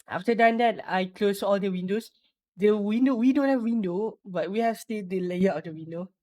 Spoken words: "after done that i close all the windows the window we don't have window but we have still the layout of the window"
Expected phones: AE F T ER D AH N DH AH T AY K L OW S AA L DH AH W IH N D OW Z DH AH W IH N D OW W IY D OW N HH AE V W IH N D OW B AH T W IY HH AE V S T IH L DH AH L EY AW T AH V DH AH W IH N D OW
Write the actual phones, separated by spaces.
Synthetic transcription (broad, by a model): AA F T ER D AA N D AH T AY K L OW S AA L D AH W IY N D OW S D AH W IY N D OW W IY D OW N HH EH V W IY N D OW B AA T W IY HH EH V S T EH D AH L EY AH AH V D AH W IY N D OW